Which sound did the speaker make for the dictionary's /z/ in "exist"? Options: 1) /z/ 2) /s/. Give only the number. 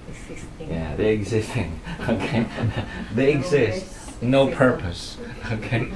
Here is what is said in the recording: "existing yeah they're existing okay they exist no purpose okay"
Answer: 1